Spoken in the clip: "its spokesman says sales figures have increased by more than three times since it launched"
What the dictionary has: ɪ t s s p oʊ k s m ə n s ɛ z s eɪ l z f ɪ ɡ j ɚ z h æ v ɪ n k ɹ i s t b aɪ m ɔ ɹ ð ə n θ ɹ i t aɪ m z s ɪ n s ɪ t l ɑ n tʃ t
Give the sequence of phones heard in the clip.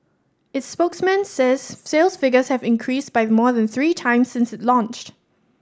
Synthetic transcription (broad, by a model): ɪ t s s p oʊ k s m ə n s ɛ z s eɪ l s f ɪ ɡ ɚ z h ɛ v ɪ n k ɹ i s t b aɪ m ɔ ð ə n θ ɹ i t aɪ m s ɪ n s ɪ t l ɑ n tʃ t